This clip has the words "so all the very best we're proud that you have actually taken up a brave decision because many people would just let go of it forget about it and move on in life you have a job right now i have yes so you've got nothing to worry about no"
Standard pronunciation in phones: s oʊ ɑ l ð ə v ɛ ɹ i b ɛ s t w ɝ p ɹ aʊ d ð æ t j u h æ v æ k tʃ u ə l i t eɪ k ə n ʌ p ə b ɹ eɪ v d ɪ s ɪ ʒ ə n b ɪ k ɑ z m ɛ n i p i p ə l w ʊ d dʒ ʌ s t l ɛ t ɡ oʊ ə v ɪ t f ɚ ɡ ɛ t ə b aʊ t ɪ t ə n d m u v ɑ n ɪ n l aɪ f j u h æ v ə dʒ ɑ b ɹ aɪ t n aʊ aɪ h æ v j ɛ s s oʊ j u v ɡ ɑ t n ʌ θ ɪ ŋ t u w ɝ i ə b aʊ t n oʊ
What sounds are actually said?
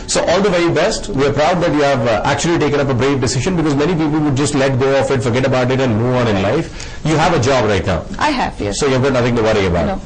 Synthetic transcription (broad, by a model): s oʊ ɑ l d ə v ɛ i b ɛ s t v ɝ p ɹ aʊ d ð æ t j u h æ v æ k tʃ u ə l i t eɪ k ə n ʌ p ə b ɹ eɪ v d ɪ s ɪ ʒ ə n b ɪ k ɑ z m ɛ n i p i p ə l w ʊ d dʒ ʌ s t l ɛ t ɡ oʊ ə f ɪ t f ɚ ɡ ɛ t ə b aʊ t ɪ t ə n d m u ɑ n ɪ n l aɪ f j u h æ v ə dʒ ɑ b ɹ aɪ t n aʊ aɪ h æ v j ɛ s s oʊ j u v ɡ ɑ t n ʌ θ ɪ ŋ t u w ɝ i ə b aʊ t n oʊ